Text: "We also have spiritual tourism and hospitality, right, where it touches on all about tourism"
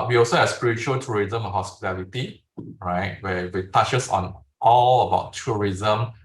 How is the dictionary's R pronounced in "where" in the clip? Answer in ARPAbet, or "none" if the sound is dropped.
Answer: W